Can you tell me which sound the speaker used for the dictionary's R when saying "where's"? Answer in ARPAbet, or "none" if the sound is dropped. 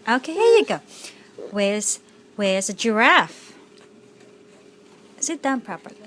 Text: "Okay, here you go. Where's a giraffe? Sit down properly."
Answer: W